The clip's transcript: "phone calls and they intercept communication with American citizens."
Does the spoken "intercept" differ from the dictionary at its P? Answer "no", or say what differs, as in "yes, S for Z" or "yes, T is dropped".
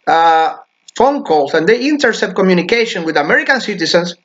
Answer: yes, P is dropped